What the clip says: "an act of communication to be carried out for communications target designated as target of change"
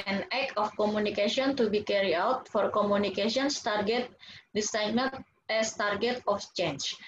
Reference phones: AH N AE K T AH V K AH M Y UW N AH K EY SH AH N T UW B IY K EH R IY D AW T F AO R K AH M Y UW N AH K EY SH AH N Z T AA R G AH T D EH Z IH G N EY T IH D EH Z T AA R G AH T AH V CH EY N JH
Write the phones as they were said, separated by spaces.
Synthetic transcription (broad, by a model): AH N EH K AH F K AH M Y UW N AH K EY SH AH N T UW B IY K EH R IY AW T F AO R K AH M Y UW N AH K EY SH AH N S T AA R G AH T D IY S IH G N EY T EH S T AA R G AH T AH F CH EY N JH